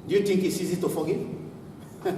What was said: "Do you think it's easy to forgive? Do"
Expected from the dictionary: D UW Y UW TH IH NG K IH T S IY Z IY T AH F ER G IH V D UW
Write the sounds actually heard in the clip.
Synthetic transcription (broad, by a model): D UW Y UW T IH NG K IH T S IY Z IY T AH F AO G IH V